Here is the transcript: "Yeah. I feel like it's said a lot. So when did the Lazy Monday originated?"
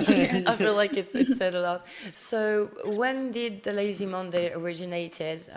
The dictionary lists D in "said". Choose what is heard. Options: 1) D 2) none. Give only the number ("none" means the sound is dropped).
1